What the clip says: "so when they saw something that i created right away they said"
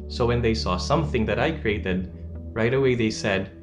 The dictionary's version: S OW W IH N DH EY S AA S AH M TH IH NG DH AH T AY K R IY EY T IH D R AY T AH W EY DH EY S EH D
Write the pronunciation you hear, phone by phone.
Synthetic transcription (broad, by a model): S OW W IH N DH EY S AA S AH M TH IH NG DH AH T AY K R IY EY T IH D R AY T AH W EY DH EY S EH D